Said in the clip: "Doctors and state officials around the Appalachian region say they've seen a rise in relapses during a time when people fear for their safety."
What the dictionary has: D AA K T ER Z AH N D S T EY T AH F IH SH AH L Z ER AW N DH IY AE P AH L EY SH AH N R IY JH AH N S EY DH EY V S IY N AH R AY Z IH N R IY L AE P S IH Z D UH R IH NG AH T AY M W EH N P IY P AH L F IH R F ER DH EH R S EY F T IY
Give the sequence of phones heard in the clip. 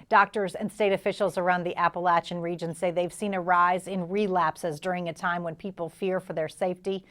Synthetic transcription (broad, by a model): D AA K T ER Z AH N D S T EY T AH F IH SH L Z ER AW N DH IY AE P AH L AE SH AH N R IY JH AH N S EY DH EY V S IY N AH R AY Z IH N R IY L AE P S IH Z D UH R IH NG AH T AY M W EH N P IY P L F IH R F ER DH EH R S EY F T IY